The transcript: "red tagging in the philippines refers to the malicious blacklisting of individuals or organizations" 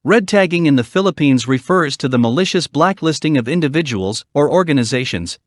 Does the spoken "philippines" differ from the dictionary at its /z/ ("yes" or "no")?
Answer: no